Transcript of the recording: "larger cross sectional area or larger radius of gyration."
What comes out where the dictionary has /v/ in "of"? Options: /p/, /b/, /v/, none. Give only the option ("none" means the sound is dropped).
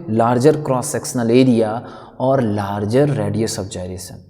/b/